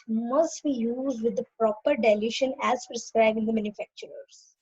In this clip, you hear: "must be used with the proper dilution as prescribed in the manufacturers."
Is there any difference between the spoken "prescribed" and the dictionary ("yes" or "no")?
yes